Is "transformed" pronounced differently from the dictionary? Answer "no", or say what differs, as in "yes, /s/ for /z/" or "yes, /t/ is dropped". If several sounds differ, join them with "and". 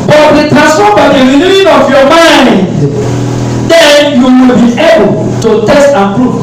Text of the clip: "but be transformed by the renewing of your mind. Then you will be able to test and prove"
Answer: yes, /ɹ/ is dropped and /n/ is dropped and /f/ is dropped